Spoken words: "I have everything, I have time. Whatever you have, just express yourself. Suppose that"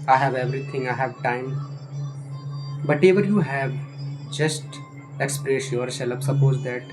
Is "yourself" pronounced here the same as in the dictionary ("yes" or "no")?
no